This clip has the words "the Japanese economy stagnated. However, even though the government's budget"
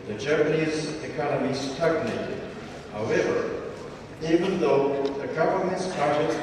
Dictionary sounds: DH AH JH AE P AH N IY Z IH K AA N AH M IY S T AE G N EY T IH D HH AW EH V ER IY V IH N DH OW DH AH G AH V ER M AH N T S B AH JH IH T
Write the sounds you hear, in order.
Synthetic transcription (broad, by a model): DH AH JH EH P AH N IY Z IH K AA N AH M IY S T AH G N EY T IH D HH AW EH V ER IY V IH N DH OW DH AH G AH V ER M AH N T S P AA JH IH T